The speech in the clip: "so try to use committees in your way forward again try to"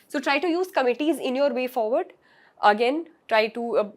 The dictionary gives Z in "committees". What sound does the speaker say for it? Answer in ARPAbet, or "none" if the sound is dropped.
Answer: Z